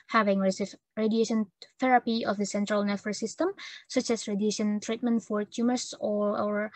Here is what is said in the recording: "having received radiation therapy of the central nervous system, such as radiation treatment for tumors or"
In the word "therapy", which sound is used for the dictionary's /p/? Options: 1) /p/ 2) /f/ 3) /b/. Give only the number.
1